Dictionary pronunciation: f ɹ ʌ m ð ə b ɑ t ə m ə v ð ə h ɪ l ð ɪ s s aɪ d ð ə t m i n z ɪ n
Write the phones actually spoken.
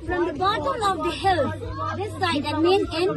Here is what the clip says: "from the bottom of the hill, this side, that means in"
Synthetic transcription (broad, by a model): f ɹ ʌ m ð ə b ɑ t ə m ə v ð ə h ɪ l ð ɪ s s aɪ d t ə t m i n ɪ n